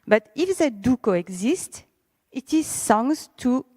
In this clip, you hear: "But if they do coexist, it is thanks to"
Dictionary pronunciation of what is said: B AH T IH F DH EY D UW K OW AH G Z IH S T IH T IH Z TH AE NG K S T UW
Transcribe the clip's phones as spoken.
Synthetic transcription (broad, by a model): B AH T IH F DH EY D UW K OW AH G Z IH S T IH T IH Z S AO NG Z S T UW